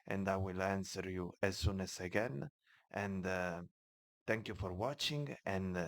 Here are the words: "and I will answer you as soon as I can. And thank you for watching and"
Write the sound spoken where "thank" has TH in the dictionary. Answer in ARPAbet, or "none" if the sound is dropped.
T